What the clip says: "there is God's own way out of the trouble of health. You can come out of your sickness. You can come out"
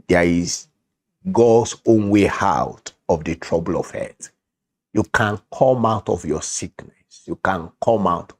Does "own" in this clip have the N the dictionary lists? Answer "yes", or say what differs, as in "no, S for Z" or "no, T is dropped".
yes